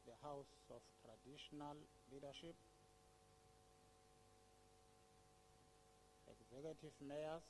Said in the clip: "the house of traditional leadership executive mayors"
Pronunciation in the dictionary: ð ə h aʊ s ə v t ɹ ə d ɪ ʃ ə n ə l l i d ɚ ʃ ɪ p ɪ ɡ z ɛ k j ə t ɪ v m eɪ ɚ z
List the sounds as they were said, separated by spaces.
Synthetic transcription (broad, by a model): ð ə h aʊ s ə f t ɹ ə d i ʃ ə n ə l l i d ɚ ʃ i p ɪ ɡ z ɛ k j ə t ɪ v m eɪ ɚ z